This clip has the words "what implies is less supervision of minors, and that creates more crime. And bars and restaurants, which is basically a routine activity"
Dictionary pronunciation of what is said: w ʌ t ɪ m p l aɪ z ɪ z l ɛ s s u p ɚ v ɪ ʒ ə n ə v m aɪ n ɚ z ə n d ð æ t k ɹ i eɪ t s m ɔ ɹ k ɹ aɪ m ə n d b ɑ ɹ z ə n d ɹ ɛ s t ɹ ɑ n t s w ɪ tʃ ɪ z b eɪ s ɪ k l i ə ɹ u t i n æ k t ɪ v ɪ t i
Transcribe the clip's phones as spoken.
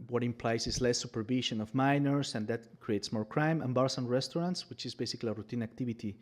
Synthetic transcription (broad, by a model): w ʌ t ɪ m p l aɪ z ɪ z l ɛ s s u p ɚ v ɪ ʃ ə n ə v m aɪ n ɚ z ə n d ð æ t k ɹ i eɪ t s m ɔ ɹ k ɹ aɪ m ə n b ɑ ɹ s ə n ɹ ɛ s t ɹ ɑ n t s w ɪ tʃ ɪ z b eɪ s ɪ k l i ə ɹ u t i n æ k t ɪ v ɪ t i